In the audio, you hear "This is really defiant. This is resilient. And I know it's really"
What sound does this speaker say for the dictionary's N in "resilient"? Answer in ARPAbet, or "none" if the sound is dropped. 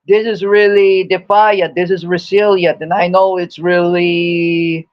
none